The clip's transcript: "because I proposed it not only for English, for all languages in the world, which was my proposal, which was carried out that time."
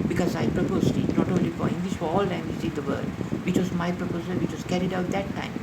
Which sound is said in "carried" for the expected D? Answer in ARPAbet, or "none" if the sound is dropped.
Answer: D